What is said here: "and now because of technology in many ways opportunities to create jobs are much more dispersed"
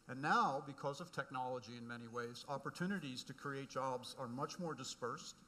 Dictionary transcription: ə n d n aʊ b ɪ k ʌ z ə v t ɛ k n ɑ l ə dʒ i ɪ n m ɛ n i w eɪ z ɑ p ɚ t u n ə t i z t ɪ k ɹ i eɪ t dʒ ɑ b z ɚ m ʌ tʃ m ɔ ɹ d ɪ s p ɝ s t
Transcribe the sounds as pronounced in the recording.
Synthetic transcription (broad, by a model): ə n n aʊ b ɪ k ʌ z ə v t ɛ k n ɑ l ə dʒ i ɪ n m ɛ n i w eɪ z ɑ p ɚ t u n ə t i z t ɪ k ɹ i eɪ t dʒ ɑ b z ɚ m ʌ tʃ m ɔ ɹ d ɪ s p ɝ s t